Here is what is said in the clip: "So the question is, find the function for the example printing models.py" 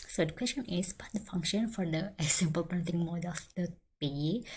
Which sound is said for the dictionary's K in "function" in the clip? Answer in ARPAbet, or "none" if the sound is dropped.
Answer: K